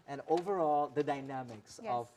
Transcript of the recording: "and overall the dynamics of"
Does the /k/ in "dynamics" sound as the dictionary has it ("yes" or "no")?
yes